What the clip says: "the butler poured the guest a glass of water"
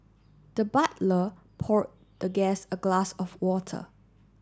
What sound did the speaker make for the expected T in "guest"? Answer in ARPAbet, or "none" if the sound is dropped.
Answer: none